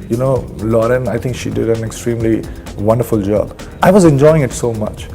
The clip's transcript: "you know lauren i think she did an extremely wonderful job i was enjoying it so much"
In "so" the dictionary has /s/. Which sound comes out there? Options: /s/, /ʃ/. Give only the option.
/s/